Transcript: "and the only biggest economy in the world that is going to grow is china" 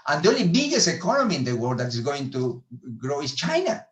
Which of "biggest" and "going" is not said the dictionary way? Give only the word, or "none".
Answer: biggest